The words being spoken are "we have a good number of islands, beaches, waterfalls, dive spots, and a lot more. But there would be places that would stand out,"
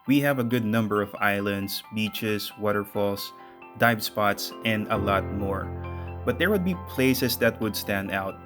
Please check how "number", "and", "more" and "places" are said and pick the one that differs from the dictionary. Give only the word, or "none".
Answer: places